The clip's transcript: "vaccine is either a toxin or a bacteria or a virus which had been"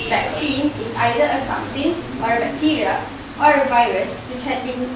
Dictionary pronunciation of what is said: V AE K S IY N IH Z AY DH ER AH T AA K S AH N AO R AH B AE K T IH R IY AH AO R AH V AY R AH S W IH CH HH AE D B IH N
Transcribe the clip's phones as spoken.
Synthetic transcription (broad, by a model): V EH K S IY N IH S AY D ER AH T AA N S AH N AO R AH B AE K T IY R IY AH AO R AH V AY R AH S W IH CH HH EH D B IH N